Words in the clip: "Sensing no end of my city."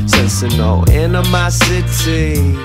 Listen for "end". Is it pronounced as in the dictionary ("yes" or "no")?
no